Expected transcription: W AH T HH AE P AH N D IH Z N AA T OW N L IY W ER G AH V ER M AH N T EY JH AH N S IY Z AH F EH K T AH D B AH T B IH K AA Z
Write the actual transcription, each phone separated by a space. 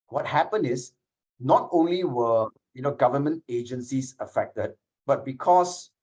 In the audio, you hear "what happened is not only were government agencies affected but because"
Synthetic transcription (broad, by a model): W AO T HH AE P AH N IH S N AA T OW N L IY W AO G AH V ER M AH N T EY JH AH N S IY S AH F EH K T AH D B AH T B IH K AA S